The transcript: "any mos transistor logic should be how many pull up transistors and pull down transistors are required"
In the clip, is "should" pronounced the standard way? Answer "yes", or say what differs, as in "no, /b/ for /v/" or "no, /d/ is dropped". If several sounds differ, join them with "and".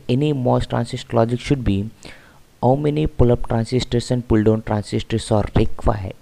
yes